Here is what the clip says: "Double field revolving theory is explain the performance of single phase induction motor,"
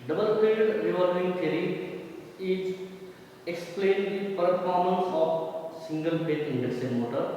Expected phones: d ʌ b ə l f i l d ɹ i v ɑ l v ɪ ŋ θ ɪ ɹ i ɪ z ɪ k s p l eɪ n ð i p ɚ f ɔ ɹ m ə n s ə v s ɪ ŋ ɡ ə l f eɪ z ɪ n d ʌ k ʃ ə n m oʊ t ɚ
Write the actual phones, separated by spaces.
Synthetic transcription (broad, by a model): d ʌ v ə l p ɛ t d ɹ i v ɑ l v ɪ ŋ t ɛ ɹ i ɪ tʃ ɪ k s p l eɪ n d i p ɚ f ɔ ɹ m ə n s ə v s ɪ ŋ ɡ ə l p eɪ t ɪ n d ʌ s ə m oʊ t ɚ